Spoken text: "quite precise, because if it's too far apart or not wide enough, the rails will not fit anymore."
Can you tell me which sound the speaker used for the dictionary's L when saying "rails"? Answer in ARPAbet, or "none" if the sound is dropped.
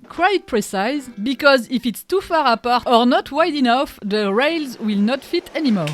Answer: L